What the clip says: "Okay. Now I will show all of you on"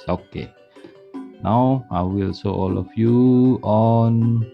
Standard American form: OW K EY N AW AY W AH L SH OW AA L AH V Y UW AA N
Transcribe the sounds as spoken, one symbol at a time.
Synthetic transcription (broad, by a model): OW K EY N AW AY W AH L S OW AA L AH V Y UW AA N